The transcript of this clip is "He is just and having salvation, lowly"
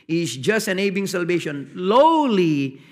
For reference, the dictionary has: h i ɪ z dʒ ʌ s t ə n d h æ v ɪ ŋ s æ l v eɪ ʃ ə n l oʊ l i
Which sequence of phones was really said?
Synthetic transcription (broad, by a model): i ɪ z dʒ ʌ s t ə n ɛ b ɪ ŋ s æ l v eɪ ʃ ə n l oʊ l i